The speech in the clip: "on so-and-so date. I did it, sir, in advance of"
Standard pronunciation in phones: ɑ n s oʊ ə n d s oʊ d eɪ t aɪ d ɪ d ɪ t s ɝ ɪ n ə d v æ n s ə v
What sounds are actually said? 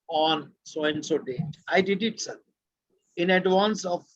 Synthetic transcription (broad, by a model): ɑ n s oʊ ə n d s oʊ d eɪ aɪ d ɪ d ɪ t s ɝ ɪ n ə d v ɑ n s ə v